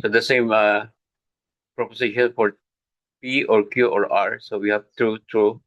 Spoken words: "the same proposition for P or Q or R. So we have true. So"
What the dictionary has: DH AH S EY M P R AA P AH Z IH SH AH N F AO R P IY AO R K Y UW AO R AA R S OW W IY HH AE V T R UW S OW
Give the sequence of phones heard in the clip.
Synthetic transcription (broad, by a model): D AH S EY M P R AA P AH S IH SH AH N F AO R P IY AO R K Y UW AO R AA R S OW W IY HH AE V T R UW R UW